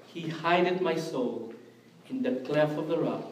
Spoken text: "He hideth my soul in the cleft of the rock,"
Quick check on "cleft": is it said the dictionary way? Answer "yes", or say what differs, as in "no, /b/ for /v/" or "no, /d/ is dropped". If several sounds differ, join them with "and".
no, /t/ is dropped